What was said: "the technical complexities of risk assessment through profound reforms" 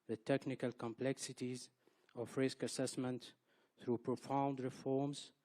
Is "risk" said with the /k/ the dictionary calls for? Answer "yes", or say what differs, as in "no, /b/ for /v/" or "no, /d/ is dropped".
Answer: yes